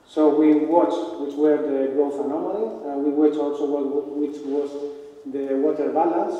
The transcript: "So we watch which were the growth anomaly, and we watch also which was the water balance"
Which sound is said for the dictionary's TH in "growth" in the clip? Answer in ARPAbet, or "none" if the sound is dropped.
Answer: F